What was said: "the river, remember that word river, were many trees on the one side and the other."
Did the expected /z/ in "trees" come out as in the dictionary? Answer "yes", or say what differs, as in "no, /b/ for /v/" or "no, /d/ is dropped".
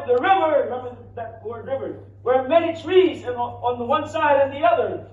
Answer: yes